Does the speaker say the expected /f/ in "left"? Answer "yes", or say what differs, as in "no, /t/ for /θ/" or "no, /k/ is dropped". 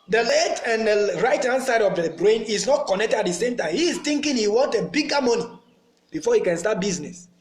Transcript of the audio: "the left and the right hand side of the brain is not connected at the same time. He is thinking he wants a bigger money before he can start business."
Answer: no, /f/ is dropped